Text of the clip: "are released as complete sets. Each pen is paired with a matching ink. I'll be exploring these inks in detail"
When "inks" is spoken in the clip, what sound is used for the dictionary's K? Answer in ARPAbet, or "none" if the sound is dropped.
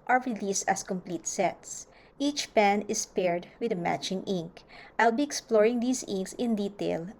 K